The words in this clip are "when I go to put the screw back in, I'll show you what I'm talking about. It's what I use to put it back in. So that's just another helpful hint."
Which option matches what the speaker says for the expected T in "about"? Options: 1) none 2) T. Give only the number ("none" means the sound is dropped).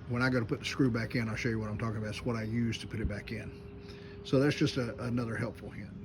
1